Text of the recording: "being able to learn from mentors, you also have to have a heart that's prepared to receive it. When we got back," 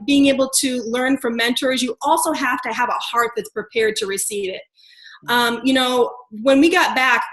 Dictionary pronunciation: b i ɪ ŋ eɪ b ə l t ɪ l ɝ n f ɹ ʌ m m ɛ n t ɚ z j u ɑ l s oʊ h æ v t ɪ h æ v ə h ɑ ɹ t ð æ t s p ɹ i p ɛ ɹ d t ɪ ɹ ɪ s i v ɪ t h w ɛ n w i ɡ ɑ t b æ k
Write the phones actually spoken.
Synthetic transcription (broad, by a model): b i ɪ ŋ eɪ b l t ɪ l ɝ n f ɹ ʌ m m ɛ n t ɚ z j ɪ ɑ l s oʊ h æ f t ɪ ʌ v ə h ɑ ɹ t ð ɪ t s p ɹ i p ɛ ɹ d t ɪ ɹ ɪ s i v ɪ t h w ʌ n w i ɡ ɑ t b æ k